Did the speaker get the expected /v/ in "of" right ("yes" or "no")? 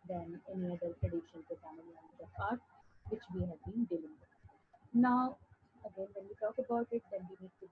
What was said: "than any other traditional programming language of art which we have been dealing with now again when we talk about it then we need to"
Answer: no